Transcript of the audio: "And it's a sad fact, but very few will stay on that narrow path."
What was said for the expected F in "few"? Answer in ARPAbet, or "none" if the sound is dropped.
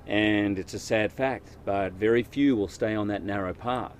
F